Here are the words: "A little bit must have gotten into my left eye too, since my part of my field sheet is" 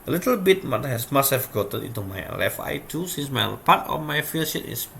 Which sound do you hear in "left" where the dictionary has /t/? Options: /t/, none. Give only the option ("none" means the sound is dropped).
none